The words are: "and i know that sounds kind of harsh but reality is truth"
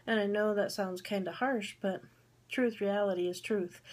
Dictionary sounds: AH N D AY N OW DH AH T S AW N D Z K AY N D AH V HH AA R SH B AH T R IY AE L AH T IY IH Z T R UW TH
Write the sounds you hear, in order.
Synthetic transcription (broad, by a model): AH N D AY N OW DH AH T S AW N D Z K AY N D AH HH AA R SH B AH T R IY AE L AH T IY IH Z T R UW TH